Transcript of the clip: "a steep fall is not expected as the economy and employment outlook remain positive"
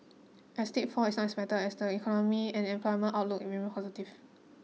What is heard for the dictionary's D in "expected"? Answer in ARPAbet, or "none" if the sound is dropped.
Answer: none